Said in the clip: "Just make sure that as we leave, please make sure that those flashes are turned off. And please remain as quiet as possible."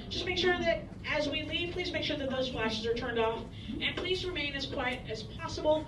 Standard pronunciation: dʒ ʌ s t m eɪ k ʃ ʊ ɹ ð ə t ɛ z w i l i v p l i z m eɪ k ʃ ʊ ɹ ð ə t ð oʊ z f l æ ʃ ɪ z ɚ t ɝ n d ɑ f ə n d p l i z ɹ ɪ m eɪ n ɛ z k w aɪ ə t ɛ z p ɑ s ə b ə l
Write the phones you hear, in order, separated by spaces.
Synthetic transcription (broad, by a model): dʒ ʌ s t m eɪ k ʃ ʊ ɹ ð ə t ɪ z w i l i v p l i z m eɪ k ʃ ʊ ɹ ð ə t ð oʊ z f l æ ʃ ɪ z ɚ t ɝ n d ɑ f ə n p l i z ɹ ɪ m eɪ n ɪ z k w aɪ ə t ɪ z p ɑ s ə b l